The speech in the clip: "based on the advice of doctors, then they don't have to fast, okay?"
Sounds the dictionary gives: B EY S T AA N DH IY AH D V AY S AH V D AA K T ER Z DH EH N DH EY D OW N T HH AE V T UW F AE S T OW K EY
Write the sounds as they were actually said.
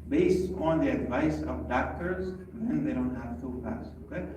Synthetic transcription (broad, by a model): B EY S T AA N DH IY AH D V AY S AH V D AA K T ER Z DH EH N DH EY D OW N T HH AE V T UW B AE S OW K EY